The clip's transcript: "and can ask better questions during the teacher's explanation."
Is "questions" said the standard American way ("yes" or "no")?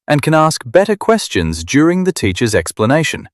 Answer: yes